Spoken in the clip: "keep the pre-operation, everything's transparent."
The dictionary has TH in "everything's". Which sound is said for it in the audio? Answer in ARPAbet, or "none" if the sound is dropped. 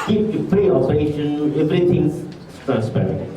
T